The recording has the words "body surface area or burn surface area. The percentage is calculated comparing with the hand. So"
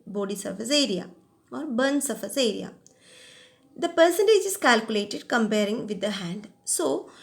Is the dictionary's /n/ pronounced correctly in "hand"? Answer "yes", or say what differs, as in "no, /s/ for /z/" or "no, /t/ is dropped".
yes